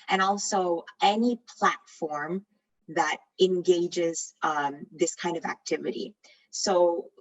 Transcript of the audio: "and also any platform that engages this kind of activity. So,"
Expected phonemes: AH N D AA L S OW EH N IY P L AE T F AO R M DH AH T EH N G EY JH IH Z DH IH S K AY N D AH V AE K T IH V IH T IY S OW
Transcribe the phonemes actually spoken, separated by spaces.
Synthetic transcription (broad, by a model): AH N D AA L S OW EH N IY P L AE T F AO R M DH AH T EH N G EY JH IH Z DH IH S K AY N D AH V AE K T IH V IH T IY S OW